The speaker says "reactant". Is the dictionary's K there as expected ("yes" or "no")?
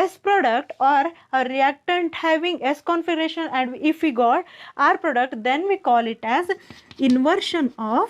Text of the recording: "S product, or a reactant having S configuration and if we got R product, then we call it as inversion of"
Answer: yes